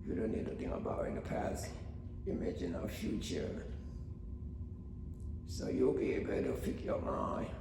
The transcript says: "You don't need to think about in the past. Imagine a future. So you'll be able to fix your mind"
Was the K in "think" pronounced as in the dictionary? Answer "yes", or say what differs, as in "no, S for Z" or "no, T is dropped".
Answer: no, K is dropped